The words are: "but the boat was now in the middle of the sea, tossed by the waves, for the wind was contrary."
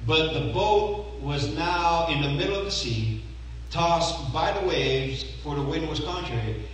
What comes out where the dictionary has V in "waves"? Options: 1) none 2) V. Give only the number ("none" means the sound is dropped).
2